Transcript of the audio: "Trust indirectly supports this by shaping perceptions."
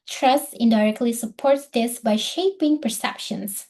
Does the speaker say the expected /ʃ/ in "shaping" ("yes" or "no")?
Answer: yes